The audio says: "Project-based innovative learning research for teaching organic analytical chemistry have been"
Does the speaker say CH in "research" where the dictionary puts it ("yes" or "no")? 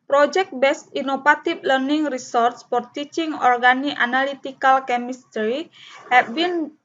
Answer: no